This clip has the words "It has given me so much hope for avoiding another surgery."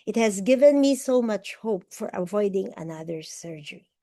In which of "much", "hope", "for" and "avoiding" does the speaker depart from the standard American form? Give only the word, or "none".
none